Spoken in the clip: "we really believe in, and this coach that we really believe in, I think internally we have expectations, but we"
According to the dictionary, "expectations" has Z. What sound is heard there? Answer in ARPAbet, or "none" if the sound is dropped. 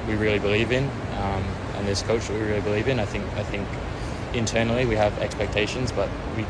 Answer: Z